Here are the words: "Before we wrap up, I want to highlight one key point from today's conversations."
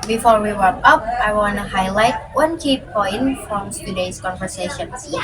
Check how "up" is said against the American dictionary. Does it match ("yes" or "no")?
yes